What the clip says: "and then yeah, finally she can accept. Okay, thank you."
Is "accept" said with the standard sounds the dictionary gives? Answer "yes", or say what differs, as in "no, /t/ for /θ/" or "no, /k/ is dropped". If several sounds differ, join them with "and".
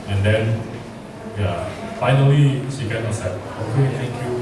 no, /k/ is dropped